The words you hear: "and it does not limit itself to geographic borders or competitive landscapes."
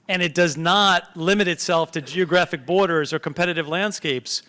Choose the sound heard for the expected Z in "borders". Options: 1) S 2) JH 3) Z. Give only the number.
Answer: 3